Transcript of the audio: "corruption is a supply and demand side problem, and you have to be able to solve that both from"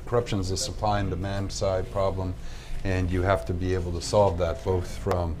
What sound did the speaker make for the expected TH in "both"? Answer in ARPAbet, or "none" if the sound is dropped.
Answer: TH